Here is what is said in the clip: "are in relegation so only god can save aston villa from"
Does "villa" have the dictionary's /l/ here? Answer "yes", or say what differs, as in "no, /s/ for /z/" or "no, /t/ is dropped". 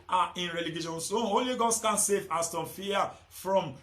no, /l/ is dropped